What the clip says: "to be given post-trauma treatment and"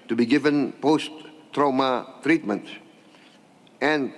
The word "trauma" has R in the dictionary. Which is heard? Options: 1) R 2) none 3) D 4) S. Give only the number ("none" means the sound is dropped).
1